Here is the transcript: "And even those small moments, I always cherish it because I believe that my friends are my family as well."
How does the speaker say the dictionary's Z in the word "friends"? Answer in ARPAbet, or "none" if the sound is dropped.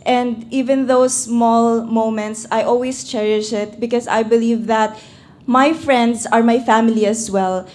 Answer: S